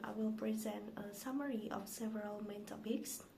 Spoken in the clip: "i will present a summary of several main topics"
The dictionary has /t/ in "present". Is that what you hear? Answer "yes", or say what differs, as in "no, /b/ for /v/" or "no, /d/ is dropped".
yes